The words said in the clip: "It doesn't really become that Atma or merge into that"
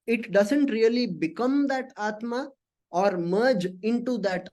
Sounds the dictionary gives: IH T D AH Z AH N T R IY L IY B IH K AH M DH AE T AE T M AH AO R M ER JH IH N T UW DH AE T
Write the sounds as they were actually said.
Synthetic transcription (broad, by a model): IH T D AH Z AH N T R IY L IY B IH K AH M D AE T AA T M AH AO R M ER JH IH N T UW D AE T